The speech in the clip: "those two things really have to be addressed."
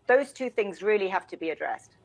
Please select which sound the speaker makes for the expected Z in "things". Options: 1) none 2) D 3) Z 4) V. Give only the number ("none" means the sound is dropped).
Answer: 3